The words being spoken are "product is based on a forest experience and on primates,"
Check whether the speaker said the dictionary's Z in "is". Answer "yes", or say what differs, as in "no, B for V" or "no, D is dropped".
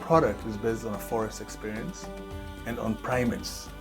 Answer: yes